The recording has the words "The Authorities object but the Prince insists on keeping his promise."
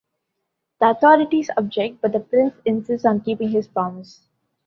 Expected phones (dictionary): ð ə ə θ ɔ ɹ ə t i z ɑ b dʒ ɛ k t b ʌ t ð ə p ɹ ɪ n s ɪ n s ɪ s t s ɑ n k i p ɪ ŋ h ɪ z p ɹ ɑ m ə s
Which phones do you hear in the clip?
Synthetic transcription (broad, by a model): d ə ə t ɔ ɹ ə t i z ɑ b dʒ ɛ k t b ʌ t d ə p ɹ ɪ n s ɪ n s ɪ s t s ɑ n k i p ɪ ŋ h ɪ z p ɹ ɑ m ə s